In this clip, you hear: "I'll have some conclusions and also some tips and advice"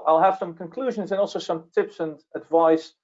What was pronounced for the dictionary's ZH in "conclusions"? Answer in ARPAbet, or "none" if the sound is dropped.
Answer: ZH